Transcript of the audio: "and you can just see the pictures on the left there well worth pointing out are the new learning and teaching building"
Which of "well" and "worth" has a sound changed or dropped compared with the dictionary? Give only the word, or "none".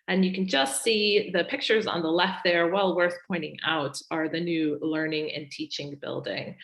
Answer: none